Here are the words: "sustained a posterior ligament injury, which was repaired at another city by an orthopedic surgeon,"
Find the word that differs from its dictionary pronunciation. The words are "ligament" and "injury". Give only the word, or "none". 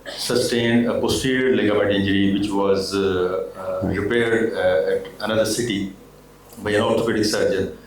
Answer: ligament